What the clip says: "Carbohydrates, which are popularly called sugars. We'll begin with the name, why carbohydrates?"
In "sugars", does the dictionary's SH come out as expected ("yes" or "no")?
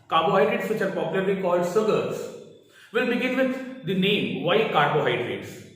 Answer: no